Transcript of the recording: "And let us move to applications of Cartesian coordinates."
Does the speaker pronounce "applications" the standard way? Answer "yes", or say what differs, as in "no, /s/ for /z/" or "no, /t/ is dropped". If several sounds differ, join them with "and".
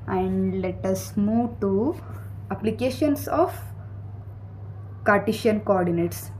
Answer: no, /s/ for /z/